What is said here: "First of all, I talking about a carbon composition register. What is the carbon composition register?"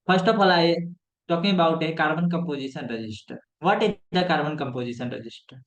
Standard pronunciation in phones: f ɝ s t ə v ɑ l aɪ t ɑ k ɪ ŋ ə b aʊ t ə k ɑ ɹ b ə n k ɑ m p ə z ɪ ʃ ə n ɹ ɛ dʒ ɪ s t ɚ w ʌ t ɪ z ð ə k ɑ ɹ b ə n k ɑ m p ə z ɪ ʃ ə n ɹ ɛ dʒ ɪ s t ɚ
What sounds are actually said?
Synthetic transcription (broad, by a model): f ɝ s t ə p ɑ l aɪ t ɑ k ɪ ŋ ə b aʊ t ə k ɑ ɹ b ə n k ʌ m p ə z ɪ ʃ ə n ɹ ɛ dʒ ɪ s t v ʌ t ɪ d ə k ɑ ɹ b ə n k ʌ m p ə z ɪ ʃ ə n ɹ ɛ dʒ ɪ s t